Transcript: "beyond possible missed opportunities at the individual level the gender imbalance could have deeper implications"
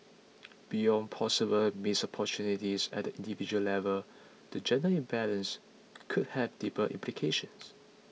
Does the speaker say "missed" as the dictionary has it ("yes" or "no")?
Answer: no